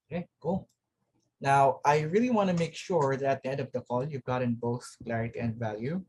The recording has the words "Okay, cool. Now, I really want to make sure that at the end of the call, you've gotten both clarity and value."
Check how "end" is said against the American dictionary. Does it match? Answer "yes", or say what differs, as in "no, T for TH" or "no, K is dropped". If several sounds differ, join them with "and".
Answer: yes